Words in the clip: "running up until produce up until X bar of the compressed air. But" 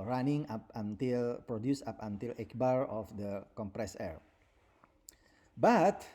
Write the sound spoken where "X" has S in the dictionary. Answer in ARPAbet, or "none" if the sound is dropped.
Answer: none